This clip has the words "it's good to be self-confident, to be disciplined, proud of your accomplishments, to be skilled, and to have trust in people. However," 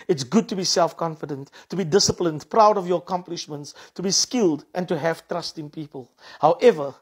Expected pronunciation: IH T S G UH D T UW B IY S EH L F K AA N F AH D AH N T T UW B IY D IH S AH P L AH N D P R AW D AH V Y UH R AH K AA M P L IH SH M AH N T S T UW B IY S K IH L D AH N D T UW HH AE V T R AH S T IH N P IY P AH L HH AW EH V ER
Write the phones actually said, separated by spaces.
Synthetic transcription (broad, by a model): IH T S G UH D T UW B IY S EH L F K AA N F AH D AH N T T UW B IY D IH S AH P L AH N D P R AW D AH V Y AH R AH K AA M P L IH SH M AH N T S T UW B IY S K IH L D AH N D T UW HH AE V T R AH S T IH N P IY P AH L HH AW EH V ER